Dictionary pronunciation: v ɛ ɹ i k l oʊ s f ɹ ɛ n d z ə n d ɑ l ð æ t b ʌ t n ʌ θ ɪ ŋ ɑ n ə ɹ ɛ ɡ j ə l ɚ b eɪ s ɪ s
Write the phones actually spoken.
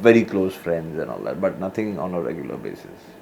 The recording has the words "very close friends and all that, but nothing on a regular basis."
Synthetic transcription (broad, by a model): v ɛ ɹ i k l oʊ s f ɹ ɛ n d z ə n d ɑ l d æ t b ʌ t n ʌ t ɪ ŋ ɑ n ə ɹ ɛ ɡ j ə l ɚ b eɪ s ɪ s